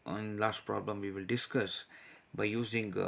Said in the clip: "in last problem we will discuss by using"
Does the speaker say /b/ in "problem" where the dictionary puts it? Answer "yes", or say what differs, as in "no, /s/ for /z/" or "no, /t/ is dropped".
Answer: yes